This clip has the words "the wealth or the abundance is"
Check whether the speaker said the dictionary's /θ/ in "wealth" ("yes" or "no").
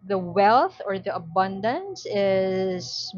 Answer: yes